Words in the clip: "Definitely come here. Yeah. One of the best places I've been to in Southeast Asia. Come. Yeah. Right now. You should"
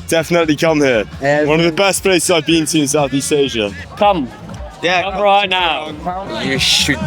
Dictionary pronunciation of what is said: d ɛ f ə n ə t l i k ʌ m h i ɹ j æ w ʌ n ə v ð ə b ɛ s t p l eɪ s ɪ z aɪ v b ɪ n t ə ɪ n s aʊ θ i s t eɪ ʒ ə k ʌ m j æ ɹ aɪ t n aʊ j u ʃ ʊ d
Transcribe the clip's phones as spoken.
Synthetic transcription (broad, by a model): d ɛ f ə n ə t l i k ʌ m h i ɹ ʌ w ʌ n ə v ð ə b ɛ s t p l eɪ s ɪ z aɪ v b ɪ n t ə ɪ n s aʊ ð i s eɪ ʒ ə k ʌ m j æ ɹ aɪ t n aʊ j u ʃ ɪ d